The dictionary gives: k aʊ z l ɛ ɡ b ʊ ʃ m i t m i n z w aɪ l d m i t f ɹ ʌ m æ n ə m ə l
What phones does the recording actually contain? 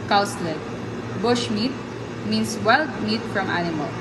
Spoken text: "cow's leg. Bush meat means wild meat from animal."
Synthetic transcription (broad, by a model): k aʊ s l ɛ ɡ b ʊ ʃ m i t m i n s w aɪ l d m i t f ɹ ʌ m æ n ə m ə l